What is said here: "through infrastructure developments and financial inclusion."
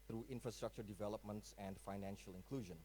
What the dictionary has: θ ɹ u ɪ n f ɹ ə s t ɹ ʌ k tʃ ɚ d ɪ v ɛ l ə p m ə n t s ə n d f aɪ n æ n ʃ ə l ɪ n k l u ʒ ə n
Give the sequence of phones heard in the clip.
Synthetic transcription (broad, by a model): ɹ u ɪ n f ɹ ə s t ɹ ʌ k tʃ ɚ d ɪ v ɛ l ə p m ə n t s ə n d f aɪ n æ n ʃ ə l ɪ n k l u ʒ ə n